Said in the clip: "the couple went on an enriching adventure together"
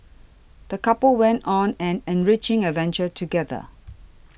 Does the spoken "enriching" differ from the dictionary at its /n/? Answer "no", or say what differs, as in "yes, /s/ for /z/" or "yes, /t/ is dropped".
no